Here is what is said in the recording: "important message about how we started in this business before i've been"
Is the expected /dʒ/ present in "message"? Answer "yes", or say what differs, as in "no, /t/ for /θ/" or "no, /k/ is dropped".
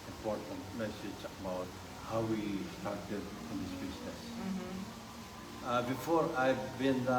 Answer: no, /tʃ/ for /dʒ/